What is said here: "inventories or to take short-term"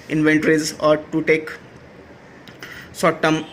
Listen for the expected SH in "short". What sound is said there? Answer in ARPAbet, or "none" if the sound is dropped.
S